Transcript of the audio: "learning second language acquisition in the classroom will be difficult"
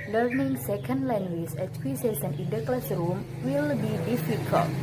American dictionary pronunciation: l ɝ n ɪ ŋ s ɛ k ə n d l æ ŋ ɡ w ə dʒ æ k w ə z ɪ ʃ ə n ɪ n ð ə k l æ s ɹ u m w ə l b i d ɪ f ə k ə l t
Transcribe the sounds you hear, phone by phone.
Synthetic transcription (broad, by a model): l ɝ n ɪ ŋ s ɛ k ə n d l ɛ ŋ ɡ w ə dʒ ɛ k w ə s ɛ s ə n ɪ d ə k l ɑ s ɹ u m w ə l b i d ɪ f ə k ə l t